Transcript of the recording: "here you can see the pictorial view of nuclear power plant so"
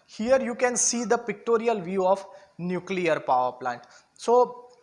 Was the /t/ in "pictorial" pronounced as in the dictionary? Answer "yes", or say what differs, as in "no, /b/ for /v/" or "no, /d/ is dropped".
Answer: yes